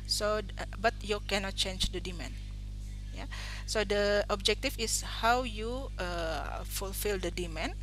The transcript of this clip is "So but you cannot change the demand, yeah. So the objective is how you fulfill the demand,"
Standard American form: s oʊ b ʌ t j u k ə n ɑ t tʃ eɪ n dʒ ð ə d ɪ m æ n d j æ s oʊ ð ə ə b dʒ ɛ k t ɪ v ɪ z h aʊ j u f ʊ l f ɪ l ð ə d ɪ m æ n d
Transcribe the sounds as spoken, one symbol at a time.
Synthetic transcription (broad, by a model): s oʊ b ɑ t j u k ə n ɑ t tʃ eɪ n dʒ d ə d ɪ m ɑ n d j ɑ s oʊ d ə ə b dʒ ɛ k t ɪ f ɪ s h aʊ j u f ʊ l f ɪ l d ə d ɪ m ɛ n